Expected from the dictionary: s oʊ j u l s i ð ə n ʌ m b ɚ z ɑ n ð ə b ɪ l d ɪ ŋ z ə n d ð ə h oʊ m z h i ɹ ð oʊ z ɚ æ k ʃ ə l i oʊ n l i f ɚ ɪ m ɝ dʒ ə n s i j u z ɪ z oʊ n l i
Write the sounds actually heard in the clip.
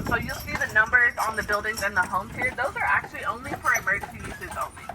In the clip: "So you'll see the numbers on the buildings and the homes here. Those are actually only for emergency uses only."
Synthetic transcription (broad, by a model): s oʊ j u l s i ð ə n ʌ m b ɚ z n ð ə b ɪ l d ɪ ŋ z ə n ð ə h oʊ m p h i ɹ ð oʊ z ɚ æ k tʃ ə l i oʊ n l i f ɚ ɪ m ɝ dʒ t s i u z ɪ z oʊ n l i